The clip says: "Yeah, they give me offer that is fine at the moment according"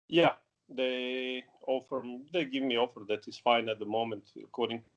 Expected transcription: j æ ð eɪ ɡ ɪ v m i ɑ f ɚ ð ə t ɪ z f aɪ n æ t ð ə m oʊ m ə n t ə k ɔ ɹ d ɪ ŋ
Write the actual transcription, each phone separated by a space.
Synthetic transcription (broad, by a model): j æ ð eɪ ɡ ɪ v m i ɑ f ɚ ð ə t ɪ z f aɪ n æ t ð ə m oʊ m ə n t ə k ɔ ɹ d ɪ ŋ